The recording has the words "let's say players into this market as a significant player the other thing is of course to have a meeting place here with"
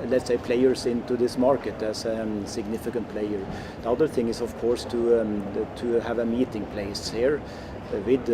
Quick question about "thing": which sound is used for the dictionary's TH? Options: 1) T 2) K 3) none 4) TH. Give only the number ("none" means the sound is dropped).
4